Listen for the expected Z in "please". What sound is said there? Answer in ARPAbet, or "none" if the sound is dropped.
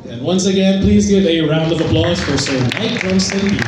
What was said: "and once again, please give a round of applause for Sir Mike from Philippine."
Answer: Z